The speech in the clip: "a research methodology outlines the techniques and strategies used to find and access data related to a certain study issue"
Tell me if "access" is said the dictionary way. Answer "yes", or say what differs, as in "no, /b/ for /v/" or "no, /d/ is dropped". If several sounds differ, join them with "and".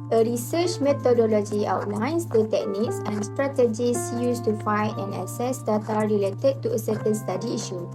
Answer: no, /k/ is dropped